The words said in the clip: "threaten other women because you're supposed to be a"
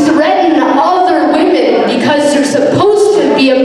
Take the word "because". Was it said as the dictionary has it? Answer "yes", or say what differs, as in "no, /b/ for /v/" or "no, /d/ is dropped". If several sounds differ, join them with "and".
yes